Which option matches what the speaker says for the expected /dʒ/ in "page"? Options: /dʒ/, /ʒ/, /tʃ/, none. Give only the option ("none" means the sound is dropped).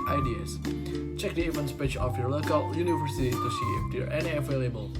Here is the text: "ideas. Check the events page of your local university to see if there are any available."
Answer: /tʃ/